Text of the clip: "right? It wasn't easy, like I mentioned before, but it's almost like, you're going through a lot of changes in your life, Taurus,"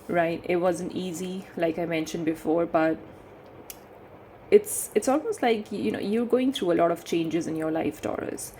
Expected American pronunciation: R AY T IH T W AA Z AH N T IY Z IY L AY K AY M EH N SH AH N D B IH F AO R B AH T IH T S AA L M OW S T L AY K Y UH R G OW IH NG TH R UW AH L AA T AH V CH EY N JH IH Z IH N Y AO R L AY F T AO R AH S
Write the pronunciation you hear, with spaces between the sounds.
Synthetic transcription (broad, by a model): R AY T IH T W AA Z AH N T IY Z IY L AY K AY M EH N SH AH N D B IH F AO R B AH T IH T S AA L M OW S T L AY K Y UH R G OW IH NG T R UW AH L AA T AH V CH EY N JH IH Z IH N Y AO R L AY F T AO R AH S